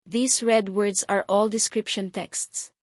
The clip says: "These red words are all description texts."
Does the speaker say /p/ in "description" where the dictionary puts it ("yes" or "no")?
yes